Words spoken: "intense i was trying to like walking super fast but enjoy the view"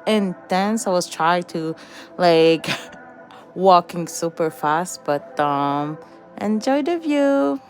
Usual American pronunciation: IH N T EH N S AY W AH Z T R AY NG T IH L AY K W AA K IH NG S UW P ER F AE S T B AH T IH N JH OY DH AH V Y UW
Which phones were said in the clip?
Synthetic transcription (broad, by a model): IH N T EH N S AY W AH Z T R AY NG T IH L AY K W AA K IH NG S UW P ER F AE S T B AH T IH N JH OY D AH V Y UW